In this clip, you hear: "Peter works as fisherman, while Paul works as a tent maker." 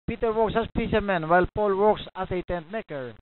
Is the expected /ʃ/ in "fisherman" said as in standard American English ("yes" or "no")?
no